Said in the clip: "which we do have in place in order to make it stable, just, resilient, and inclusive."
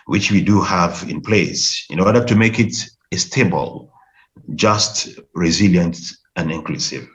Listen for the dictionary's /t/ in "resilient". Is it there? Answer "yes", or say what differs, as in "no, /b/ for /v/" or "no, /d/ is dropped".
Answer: yes